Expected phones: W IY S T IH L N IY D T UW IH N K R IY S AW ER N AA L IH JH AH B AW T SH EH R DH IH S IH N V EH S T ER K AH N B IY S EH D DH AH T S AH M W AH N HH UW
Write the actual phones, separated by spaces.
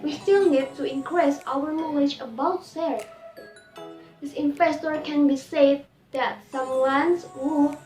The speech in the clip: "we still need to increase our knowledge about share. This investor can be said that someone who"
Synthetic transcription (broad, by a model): W IY S T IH L N IY D T UW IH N K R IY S AW ER N AA L IH JH AH B AW T S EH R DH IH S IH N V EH S T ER K AH N B IY S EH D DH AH T S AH M W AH N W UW